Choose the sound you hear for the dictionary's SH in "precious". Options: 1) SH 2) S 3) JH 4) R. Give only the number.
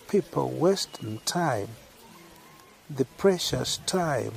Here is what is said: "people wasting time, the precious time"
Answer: 1